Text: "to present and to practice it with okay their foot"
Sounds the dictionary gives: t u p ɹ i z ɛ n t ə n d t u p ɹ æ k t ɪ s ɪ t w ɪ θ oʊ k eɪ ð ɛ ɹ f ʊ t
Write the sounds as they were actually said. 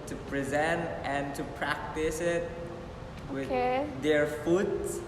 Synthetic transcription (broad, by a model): t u p ɹ i z ɛ n t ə n t u p ɹ æ k t ɪ s ɪ t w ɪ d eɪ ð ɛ ɹ f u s